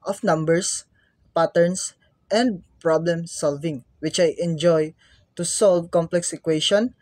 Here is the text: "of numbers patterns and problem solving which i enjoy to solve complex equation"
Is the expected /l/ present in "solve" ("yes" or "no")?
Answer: yes